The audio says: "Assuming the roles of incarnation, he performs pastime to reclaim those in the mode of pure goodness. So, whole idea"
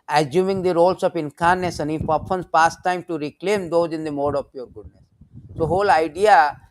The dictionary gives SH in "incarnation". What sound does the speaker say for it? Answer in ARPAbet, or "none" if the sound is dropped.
S